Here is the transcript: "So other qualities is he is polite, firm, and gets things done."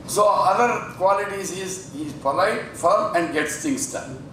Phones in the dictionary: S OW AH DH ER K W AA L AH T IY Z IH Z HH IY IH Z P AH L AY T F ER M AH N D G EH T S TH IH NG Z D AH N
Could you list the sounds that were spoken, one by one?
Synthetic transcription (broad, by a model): S OW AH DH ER K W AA L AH T IY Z IH Z HH IY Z P AH L AY T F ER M AH N D G EH T S T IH NG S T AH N